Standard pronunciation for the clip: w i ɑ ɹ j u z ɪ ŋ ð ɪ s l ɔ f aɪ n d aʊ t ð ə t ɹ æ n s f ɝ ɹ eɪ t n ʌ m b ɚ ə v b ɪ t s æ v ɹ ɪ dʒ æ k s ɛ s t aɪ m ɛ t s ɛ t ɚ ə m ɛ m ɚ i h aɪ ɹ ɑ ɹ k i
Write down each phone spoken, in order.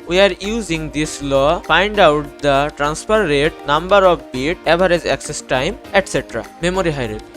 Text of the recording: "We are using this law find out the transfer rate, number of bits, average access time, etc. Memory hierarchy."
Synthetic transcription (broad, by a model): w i ɑ ɹ j u z ɪ ŋ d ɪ s l ɔ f aɪ n d aʊ t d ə t ɹ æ n s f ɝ ɹ eɪ t n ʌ m b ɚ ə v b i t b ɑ ɹ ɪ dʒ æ k s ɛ s t aɪ m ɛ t s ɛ t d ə m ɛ m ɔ i h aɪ ɹ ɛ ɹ